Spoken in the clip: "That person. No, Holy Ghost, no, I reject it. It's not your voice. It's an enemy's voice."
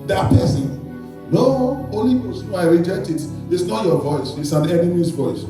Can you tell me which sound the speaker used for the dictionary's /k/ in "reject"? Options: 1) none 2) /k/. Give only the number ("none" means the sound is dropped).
1